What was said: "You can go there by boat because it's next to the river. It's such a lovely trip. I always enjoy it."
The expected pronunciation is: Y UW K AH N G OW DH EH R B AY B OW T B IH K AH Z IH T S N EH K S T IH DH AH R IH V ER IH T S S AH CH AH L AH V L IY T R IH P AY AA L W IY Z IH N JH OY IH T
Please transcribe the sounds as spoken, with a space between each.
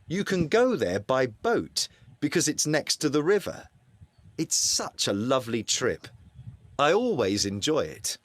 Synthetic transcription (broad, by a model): Y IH K AH N G OW DH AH R B AY B OW T B IH K AH Z IH T S N EH K S T IH DH AH R IH V ER IH T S S AH CH AH L AH V L IY T R IH P AY AA L W IY Z IH N JH OY IH T